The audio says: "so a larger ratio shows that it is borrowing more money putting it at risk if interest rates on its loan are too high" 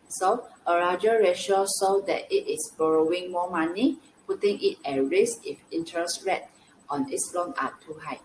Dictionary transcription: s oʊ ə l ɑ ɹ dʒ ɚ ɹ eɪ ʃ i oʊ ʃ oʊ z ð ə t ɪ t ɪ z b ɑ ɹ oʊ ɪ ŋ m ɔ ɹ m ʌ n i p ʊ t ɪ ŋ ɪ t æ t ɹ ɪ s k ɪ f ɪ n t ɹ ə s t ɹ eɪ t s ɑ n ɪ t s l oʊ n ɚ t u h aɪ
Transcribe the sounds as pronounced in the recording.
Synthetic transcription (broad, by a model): s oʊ ə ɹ ɑ dʒ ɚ ɹ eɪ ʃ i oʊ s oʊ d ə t ɪ t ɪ s b ɑ ɹ oʊ ɪ ŋ m ɔ m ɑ n i p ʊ t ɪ ŋ ɪ t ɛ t ɹ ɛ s ɪ f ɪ n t ɹ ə s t ɹ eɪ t ɑ n ɪ t s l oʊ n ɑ t u h aɪ